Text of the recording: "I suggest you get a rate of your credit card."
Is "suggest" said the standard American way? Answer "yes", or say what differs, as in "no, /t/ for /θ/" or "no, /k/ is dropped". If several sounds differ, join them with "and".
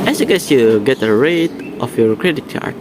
no, /dʒ/ is dropped